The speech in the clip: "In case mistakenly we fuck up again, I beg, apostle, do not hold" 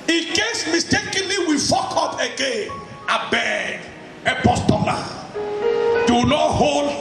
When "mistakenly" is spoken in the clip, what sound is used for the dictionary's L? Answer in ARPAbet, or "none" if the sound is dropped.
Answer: L